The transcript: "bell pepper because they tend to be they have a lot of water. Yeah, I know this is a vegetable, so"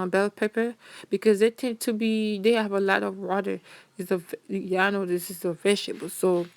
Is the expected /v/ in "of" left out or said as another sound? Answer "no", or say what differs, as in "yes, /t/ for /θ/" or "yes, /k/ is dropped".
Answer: no